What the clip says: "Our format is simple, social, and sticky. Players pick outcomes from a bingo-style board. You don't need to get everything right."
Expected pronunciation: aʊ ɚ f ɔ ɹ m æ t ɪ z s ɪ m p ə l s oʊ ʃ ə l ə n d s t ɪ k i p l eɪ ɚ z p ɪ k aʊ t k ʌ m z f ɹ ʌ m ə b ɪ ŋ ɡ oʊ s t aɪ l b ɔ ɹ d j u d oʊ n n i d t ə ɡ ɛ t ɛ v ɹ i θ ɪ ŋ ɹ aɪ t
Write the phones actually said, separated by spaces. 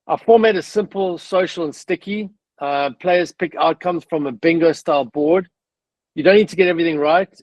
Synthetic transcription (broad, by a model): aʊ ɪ f ɔ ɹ m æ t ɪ s ɪ m p ə l s oʊ ʃ ə l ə n s t ɪ k i p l eɪ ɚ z p ɪ k aʊ t k ʌ m z f ɹ ʌ m ə b ɪ ŋ ɡ oʊ s t aɪ l b ɔ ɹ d j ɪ d oʊ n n i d t ə ɡ ɛ t ɛ v ɹ i θ ɪ ŋ ɹ aɪ t